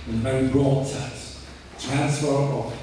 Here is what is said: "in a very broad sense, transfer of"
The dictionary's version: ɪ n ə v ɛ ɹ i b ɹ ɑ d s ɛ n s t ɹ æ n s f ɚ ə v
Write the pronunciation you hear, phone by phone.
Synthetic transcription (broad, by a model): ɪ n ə v ɛ ɹ i b ɹ ɑ d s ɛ s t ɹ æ n s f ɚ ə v